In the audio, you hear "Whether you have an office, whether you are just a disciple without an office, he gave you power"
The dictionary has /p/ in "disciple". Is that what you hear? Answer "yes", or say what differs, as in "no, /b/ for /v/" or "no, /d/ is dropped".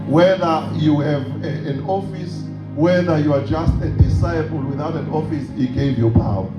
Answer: no, /b/ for /p/